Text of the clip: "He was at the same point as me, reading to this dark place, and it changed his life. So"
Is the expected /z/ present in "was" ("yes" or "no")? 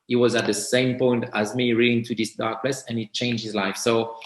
yes